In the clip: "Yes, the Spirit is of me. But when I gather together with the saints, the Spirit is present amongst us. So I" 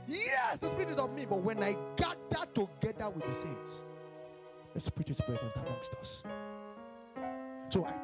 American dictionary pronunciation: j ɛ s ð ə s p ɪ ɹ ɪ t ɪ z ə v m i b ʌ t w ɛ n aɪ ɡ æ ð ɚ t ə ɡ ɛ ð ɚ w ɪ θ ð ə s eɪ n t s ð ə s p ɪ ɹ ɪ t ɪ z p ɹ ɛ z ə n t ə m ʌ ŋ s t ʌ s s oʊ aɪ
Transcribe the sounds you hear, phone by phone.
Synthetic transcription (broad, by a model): j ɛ s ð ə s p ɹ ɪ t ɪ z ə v m i b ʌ t w ɛ n aɪ ɡ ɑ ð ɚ t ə ɡ ɛ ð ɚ w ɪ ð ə s eɪ n t s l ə s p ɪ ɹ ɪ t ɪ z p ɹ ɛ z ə n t ə m ʌ ŋ s t ʌ s s oʊ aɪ